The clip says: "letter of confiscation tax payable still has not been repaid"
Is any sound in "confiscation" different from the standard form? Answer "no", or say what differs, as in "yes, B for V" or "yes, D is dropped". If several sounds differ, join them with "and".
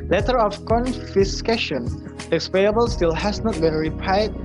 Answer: no